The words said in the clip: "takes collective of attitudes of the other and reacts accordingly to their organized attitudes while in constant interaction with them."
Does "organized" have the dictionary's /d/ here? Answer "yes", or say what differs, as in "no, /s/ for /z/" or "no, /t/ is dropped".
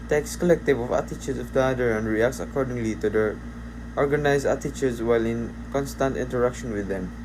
no, /d/ is dropped